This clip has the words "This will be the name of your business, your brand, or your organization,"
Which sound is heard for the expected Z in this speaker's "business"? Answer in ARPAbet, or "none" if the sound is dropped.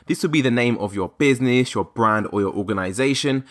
Z